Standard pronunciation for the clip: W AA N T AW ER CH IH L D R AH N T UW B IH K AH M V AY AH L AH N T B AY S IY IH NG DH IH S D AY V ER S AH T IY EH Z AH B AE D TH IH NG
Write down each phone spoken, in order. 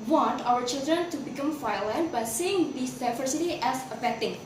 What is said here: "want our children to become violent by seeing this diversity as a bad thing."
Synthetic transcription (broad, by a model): W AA N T AW ER CH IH L D R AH N T UW B IH K AH M F AY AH L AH N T B AY S IY IH NG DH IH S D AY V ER S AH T IY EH S AH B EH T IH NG